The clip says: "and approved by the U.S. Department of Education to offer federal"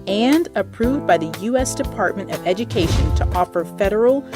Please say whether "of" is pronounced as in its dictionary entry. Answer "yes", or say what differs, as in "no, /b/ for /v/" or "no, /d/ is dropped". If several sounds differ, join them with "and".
yes